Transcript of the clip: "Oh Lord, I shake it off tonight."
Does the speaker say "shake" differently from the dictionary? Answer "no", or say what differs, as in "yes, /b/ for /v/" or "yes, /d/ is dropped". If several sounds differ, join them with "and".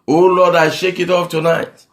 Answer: no